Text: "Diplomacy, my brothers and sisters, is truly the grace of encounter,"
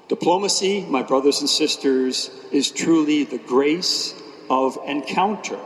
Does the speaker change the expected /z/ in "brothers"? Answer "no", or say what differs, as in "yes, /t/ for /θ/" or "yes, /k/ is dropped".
no